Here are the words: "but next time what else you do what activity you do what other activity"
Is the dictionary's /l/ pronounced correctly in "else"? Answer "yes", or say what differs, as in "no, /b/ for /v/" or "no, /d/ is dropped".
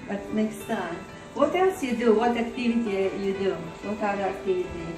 no, /l/ is dropped